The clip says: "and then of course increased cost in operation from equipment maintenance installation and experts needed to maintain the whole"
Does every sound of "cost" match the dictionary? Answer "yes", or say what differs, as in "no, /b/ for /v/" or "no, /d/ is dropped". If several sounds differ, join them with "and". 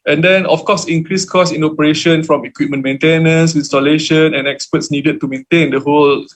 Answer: no, /t/ is dropped